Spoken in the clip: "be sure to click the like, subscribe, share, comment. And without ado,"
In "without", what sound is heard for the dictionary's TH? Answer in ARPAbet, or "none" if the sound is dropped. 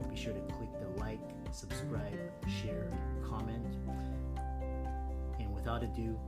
TH